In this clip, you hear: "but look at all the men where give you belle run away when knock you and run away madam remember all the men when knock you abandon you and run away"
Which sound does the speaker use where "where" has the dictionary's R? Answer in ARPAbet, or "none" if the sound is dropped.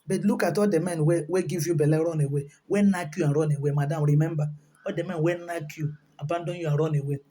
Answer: W